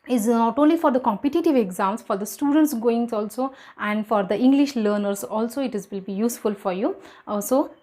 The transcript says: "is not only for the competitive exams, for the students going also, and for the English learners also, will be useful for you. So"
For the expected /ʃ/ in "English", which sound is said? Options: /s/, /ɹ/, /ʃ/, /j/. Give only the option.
/ʃ/